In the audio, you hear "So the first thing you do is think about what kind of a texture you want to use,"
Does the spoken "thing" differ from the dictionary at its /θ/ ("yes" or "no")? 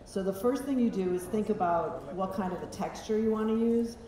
no